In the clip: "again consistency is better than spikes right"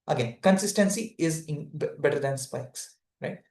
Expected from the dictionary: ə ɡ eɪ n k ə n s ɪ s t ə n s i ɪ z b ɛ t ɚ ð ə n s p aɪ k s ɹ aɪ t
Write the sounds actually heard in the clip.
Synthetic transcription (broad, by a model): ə ɡ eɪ n k ə n s ɪ s t ə n s i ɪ z b ɛ t ɚ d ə n s p aɪ k s ɹ aɪ t